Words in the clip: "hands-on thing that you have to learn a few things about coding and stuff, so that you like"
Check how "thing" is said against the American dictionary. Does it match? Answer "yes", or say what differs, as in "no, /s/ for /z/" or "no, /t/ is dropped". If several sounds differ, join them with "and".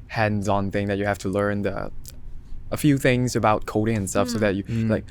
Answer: yes